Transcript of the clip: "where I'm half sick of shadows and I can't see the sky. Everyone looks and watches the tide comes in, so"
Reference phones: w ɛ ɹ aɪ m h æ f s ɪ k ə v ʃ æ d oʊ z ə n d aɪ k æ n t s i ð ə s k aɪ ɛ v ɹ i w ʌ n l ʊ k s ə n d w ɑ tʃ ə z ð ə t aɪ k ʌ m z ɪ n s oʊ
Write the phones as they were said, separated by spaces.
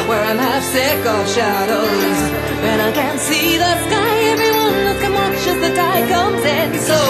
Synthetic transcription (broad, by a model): w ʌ ɹ aɪ m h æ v s ɪ k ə ʃ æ d oʊ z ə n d aɪ k æ n t s i ð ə s k aɪ ɛ v ɹ i w ʌ n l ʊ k ə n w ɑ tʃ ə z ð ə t aɪ k ʌ m z ɪ n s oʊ